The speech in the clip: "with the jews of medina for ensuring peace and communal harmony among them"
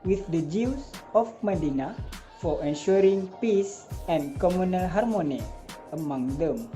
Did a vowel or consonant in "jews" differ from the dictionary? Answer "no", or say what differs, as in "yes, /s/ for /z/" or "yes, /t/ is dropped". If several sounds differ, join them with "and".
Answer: yes, /s/ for /z/